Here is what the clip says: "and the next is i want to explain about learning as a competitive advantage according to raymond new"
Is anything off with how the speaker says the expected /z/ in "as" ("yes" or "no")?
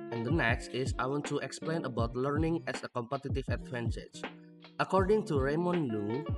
yes